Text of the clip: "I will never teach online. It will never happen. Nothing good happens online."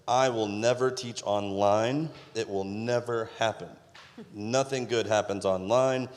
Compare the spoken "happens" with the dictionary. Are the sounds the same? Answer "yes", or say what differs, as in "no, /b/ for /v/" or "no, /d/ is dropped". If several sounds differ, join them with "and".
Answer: yes